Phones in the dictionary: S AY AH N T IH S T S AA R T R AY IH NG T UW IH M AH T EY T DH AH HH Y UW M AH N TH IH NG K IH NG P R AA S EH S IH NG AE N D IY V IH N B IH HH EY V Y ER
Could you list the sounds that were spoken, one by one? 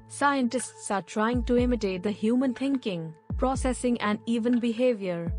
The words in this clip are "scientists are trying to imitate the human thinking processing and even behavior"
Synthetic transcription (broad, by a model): S AY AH N T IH S T S AA R T R AY IH NG T UW IH M AH T EY T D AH HH Y UW M AH N T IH NG K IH NG P R AA S EH S IH NG AE N D IY V IH N B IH HH EY V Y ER